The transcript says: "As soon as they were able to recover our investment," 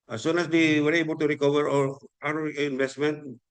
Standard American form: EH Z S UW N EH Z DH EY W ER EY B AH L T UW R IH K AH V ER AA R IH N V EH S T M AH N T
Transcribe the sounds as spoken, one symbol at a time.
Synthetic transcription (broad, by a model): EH S UW N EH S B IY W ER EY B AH T UW R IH K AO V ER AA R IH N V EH S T M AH N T